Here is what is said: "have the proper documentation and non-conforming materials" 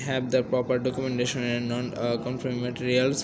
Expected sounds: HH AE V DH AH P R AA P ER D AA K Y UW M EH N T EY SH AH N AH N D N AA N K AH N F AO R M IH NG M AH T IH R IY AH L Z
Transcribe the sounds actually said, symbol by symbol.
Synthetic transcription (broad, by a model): HH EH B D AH P R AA P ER D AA K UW M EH N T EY SH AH N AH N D N AA N K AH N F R IH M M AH T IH R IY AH L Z